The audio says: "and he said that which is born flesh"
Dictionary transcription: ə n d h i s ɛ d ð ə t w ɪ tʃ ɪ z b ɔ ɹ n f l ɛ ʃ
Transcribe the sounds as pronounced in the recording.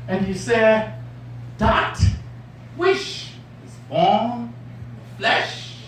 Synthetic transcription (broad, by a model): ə n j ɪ s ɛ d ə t w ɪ ʃ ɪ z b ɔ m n f l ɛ ʃ